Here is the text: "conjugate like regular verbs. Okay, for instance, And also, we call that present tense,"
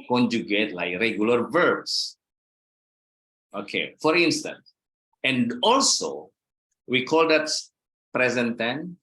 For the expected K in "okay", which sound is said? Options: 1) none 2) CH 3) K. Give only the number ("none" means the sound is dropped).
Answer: 3